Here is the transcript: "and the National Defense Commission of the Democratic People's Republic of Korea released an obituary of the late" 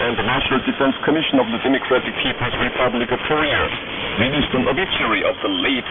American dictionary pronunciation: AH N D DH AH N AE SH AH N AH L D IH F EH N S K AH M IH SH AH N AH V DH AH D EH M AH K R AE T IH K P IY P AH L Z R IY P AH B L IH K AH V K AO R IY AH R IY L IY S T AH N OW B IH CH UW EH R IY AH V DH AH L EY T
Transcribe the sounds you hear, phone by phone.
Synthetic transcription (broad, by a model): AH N DH AH N AE SH AH N AH L D IH F EH N S K AH M IH SH AH N AH V DH AH D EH M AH K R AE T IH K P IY P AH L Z R IY P AH B L IH K AH V K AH R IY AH R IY N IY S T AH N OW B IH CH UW R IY AH V DH AH L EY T